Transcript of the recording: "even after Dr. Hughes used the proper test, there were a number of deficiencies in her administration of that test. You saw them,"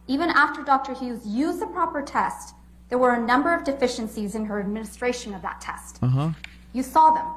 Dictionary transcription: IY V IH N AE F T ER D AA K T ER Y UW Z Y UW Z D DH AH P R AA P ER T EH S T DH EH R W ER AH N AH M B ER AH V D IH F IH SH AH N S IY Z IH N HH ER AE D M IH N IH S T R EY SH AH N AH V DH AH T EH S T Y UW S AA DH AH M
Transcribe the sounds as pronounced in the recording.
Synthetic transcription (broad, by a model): IY V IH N AE F T ER D AA K T ER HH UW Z Y UW Z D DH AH P R AA P ER T EH S T DH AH R W ER AH N AH M B ER AH V D IH F IH SH AH N S IY Z IH N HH ER AE D M IH N IH S T R EY SH AH N AH V DH AH T EH S T Y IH S AA DH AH M